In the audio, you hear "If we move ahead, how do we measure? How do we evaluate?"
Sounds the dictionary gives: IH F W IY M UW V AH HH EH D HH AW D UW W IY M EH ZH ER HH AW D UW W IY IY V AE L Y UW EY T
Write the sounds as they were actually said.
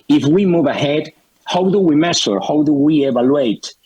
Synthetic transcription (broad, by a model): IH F W IY M UW V AH HH EH D HH AW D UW W IY M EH S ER HH AW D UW W IY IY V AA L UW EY T